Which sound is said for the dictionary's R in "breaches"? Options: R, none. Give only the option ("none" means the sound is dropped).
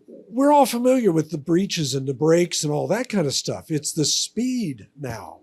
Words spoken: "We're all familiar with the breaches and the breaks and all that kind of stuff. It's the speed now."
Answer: R